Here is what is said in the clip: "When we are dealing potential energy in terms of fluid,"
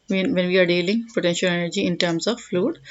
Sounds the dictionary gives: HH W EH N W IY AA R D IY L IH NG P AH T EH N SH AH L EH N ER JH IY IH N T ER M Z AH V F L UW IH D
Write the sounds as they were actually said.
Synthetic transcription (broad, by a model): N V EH N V IY AA R D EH L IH NG P AH T EH N SH AH L EH N ER JH IY IH N T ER M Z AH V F L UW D